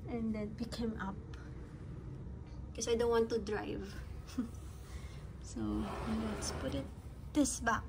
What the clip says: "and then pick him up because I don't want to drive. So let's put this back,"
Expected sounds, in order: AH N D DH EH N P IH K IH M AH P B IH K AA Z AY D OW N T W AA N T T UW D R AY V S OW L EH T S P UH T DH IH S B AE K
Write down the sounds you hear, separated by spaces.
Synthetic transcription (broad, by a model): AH N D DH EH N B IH K IH M AH P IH K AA S AY D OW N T W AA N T T UW D R AY V S OW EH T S P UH T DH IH S B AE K